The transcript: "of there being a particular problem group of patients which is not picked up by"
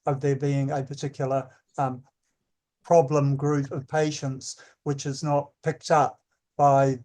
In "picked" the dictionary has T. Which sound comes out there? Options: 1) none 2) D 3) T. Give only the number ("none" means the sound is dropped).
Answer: 3